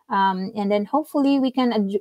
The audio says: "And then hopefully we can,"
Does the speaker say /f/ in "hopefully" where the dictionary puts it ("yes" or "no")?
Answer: yes